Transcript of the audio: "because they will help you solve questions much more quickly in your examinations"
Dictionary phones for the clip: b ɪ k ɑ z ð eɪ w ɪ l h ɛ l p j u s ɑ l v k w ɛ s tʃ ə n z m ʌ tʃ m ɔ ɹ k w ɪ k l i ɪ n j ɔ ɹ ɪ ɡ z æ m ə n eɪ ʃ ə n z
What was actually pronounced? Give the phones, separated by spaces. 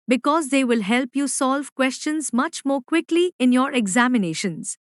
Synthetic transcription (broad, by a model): b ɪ k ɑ z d eɪ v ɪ l h ɛ l p j u s ɑ l v k w ɛ s tʃ ə n z m ʌ tʃ m ɔ ɹ k w ɪ k l i ɪ n j ɔ ɹ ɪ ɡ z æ m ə n eɪ ʃ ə n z